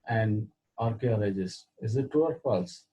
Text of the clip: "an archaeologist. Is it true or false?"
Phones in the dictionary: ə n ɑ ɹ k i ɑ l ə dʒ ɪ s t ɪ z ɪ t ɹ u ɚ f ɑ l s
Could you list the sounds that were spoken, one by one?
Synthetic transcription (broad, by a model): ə n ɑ ɹ k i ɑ l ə dʒ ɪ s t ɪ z ɪ t u ɚ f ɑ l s